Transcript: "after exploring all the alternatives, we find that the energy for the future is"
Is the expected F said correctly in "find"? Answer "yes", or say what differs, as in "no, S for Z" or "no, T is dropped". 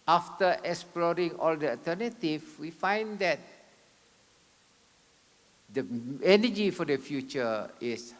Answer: yes